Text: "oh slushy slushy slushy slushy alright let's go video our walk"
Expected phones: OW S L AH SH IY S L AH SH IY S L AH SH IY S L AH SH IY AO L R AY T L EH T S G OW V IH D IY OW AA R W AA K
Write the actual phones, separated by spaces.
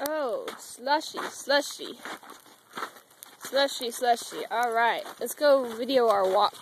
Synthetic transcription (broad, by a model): OW S L AH SH IY S L AH SH IY S L AH SH IY S L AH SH IY AO L R AY T L EH T S G OW V IH D IY OW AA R W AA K